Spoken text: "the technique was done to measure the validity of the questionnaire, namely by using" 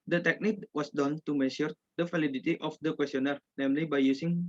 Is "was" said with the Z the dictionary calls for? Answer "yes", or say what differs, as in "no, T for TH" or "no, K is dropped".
no, S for Z